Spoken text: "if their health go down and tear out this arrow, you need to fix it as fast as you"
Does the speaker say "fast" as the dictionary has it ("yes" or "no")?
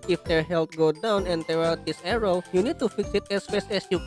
no